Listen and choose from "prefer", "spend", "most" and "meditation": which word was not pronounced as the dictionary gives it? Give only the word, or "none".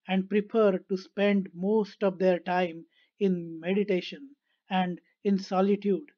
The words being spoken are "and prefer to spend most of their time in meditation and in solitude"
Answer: prefer